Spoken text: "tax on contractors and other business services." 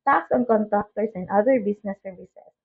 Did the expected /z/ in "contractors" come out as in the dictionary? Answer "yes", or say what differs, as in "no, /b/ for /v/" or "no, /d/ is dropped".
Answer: no, /s/ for /z/